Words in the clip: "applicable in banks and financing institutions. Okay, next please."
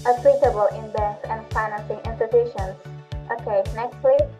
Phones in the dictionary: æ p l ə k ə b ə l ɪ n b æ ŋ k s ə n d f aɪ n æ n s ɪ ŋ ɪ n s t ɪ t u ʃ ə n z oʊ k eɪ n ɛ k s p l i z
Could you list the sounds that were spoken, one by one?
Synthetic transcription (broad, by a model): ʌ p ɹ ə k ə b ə l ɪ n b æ k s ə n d f aɪ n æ n s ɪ ŋ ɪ n s t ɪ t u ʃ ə n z oʊ k eɪ n ɛ k s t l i